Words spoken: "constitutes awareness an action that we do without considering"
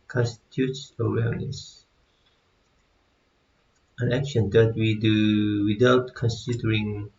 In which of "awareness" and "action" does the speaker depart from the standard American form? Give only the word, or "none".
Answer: awareness